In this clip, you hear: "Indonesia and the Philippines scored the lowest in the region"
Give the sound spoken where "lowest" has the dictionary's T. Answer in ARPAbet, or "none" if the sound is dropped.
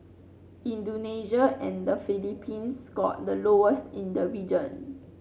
T